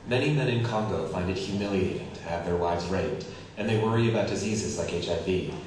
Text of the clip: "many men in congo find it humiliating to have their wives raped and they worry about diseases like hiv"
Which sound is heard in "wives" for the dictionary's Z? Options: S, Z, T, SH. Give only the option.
Z